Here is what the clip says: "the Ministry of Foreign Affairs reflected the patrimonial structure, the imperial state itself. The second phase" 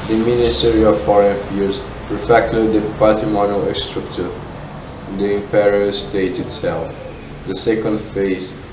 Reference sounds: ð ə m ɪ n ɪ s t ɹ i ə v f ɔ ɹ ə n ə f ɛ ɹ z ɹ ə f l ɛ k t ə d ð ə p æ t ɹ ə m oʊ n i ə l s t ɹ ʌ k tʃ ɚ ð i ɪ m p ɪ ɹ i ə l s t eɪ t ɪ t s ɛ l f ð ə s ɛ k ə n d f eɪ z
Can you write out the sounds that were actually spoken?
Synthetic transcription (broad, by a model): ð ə m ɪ n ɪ s t ɹ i ə v f ɔ ɹ ə n f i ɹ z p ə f ɛ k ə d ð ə p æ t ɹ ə m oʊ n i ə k s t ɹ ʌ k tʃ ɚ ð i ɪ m p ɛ ɹ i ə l s t eɪ t ɪ t s ɛ l f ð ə s ɛ k ə n d f eɪ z